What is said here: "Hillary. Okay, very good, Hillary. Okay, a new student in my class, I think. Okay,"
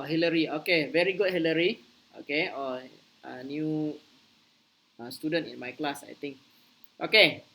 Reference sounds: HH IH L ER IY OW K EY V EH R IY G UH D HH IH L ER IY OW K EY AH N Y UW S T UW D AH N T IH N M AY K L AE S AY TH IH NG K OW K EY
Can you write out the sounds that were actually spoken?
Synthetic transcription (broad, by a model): HH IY L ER IY OW K EY V EH R IY G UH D HH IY L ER IY OW K EY AH N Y UW S T UW D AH N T IH N M AY K L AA S AY T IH NG K OW K EY